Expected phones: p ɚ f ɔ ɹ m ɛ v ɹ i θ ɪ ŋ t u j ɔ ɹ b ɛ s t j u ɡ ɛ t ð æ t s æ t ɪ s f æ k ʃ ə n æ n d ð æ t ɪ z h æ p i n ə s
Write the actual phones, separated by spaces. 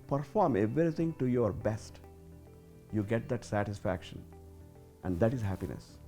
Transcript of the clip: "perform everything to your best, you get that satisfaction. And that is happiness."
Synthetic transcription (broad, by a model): p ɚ f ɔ ɹ m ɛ v ɹ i t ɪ ŋ t u j ɔ ɹ b ɛ s t j u ɡ ɛ t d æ t s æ t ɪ s f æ k ʃ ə n æ n d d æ t ɪ z h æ p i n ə s